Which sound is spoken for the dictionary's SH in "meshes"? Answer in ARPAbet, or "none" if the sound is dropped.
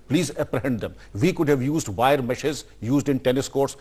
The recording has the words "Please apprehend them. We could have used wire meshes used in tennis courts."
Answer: SH